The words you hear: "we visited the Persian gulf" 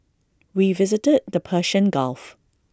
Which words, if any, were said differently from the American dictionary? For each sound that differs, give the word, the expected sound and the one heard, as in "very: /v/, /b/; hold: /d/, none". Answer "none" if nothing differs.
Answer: persian: /ʒ/, /ʃ/